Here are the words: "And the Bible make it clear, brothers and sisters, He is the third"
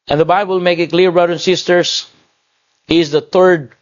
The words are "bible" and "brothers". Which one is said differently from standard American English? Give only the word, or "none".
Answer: brothers